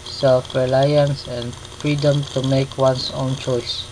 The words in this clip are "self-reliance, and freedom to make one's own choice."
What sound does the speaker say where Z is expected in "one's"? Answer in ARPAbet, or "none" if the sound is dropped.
S